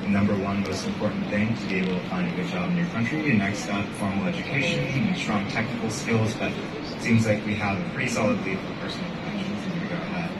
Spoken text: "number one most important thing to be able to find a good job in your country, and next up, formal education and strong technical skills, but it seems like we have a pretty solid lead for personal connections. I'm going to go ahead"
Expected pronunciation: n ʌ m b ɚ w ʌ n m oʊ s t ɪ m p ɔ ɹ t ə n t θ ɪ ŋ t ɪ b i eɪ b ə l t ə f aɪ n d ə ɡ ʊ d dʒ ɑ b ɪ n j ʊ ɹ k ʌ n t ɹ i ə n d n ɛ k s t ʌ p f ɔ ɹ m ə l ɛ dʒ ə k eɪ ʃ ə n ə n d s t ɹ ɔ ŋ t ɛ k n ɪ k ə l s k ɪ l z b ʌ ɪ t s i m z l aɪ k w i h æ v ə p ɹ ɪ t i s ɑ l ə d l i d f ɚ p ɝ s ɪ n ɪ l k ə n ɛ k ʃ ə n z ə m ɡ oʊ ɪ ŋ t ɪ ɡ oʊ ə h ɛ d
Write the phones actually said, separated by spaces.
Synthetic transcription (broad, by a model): n ʌ m b ɚ w ʌ n m oʊ s t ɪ m p ɔ ɹ t n θ ɪ ŋ t ɪ b i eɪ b l t ə f aɪ n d ə ɡ ʊ d dʒ ɑ b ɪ n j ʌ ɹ k ʌ n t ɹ i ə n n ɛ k s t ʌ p f ɔ ɹ m l ɛ dʒ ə k eɪ ə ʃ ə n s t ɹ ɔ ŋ t ɛ k n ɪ k l s k ɪ l z b ʌ t s i m z l aɪ k w i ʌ v ə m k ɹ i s ɑ l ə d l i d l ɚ p ɝ s n l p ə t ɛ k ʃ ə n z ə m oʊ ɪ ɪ ɡ oʊ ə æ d